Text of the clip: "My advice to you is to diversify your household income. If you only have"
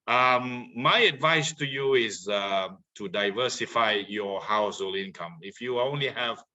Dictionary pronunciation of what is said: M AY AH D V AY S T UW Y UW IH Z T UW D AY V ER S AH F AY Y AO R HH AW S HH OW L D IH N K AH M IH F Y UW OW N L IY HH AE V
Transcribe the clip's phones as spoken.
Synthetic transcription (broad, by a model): M AY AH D V AY S T UW Y UW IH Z T UW D AY V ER S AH F AY Y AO HH AW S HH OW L IH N K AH M IH F Y UW OW N L IY HH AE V